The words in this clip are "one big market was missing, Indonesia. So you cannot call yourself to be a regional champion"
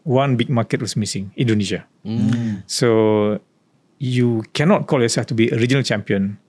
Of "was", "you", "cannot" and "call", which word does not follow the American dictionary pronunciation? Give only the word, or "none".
was